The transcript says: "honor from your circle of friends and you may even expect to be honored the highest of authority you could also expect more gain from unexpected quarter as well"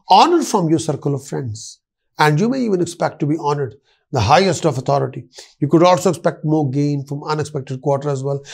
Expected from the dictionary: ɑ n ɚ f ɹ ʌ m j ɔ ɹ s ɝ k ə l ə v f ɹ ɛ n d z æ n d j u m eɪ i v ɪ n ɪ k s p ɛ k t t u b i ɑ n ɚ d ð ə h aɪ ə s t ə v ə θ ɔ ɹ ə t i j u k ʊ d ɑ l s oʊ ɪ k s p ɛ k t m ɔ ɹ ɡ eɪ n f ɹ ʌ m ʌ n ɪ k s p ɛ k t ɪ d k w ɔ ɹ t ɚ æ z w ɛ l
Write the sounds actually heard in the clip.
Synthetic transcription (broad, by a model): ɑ n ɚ f ɹ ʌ m j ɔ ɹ s ɝ k ə l ə v f ɹ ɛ n d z æ n d j u m eɪ i v ɪ n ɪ k s p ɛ k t t u b i ɑ n ɚ d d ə h aɪ ə s t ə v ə t ɔ ɹ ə t i j u k ʊ d ɑ l s oʊ ɪ k s p ɛ k t m ɔ ɹ ɡ eɪ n f ɹ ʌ m ʌ n ɪ k s p ɛ k t ɪ d k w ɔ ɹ t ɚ æ z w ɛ l